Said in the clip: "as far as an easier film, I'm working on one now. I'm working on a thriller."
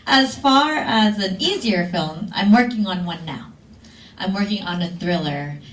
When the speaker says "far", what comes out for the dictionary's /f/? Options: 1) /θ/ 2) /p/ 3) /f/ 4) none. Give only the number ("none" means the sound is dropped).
3